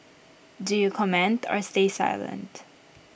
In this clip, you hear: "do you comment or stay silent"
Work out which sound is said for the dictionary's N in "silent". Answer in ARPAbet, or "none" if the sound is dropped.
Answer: N